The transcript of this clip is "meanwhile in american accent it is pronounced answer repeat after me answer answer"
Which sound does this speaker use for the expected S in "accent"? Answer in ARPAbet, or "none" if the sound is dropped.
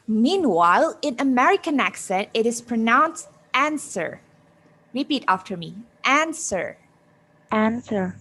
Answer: S